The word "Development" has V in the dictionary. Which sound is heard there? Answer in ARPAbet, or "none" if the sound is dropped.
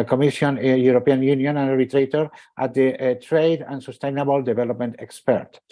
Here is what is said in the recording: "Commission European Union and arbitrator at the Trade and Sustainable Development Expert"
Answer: B